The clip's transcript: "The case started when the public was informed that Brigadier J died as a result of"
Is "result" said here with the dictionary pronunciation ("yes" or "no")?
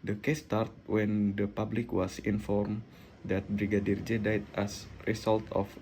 no